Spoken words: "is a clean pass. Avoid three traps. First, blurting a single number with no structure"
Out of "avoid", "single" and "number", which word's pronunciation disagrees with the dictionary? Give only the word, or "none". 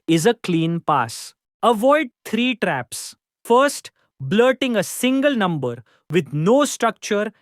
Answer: none